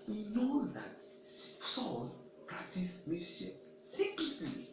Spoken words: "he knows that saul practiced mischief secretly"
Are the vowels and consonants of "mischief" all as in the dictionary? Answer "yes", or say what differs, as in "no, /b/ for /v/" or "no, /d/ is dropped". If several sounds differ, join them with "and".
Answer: no, /tʃ/ is dropped